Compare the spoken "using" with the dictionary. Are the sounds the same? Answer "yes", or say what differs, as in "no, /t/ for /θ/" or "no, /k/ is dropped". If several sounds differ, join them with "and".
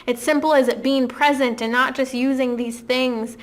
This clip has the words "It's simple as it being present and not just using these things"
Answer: yes